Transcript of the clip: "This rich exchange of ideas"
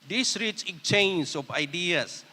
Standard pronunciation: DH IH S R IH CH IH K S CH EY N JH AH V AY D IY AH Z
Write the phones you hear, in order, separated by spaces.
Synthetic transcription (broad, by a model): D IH S R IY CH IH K CH EY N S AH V AY D IY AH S